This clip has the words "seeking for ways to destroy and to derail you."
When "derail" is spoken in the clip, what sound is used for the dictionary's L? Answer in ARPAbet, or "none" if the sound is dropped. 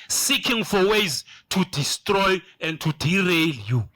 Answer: L